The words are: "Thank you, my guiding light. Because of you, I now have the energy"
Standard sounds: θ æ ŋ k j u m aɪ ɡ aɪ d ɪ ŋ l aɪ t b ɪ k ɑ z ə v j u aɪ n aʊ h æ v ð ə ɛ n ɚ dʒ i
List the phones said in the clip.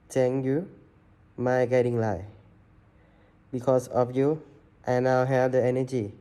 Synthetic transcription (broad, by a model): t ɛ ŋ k j u m aɪ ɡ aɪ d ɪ ŋ l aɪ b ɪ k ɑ s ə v j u aɪ n aʊ h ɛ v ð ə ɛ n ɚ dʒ i